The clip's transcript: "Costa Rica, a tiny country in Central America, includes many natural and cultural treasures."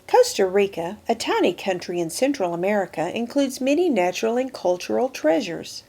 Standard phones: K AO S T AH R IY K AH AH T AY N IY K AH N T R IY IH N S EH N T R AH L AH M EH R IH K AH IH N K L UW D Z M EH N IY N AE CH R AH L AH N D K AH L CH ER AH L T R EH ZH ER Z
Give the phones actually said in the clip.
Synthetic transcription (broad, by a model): K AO S T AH R IY K AH AH T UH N IY K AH N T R IY IH N S EH N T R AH L AH M EH R IH K AH IH N K L UW D Z M EH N IY N AE CH R L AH N K AH L CH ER L T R EH ZH ER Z